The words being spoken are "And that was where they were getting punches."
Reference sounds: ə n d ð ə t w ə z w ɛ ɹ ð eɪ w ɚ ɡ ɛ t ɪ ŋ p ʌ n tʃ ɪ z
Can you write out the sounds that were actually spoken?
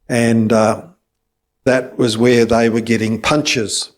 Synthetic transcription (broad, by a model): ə n ð ə t w ə z w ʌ ɹ ð eɪ w ɚ ɡ ɛ t ɪ ŋ p ʌ n tʃ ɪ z